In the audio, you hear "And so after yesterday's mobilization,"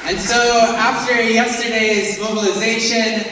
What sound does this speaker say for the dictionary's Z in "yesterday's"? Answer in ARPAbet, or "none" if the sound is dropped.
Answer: Z